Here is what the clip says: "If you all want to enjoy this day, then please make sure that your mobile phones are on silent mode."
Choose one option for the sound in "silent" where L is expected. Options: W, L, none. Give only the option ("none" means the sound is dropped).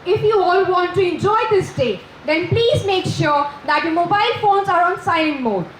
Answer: none